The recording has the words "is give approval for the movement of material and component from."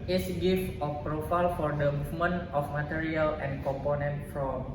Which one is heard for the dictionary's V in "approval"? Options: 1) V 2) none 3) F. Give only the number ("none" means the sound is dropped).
3